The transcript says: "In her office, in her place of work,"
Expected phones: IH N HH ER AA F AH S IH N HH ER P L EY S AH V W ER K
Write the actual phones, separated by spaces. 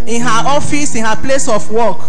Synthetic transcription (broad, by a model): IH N HH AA AA F AH S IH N HH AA P L EY S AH F W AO K